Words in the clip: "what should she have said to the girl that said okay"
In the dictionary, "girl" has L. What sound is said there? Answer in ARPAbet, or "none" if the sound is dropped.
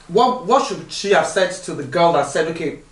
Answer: L